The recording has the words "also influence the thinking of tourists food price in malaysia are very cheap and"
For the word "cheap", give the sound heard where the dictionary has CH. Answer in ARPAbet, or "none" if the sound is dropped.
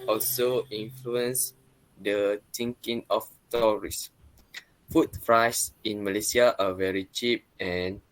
CH